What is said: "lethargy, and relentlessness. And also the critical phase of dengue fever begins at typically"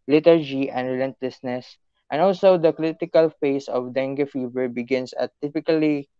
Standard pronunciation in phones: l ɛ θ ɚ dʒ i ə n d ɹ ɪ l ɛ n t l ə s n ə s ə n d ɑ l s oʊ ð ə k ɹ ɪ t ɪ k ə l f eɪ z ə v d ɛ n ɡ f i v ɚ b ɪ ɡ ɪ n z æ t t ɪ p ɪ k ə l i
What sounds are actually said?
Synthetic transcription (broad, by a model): l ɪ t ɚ dʒ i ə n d ɹ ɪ l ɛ n t l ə s n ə s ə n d ɑ l s oʊ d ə k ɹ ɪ t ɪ k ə l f eɪ s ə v d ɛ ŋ ɡ f i v ɚ b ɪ ɡ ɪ n s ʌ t t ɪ p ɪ k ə l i